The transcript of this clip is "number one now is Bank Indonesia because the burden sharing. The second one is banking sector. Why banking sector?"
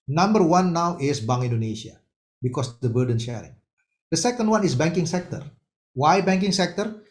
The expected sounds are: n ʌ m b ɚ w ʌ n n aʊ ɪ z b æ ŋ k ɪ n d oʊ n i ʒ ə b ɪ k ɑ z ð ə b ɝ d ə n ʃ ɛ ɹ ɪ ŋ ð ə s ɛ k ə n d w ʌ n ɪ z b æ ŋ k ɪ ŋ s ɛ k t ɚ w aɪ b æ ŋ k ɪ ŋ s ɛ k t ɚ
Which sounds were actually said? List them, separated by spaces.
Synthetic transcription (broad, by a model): n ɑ m b ɚ w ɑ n n aʊ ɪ s b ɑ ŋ ɪ n d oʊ n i ʃ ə b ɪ k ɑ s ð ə b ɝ d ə n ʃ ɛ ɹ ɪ ŋ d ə s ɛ k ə n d w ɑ n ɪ s b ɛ ŋ k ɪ ŋ s ɛ k t ɚ w aɪ b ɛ ŋ k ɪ ŋ s ɛ k t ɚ